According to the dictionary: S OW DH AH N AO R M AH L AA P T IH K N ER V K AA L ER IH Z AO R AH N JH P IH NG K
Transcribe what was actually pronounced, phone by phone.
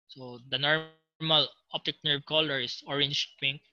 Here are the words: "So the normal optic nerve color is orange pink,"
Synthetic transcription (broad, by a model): S OW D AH N AO R M AH L AA P T IH K N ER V K AA L ER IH S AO R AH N SH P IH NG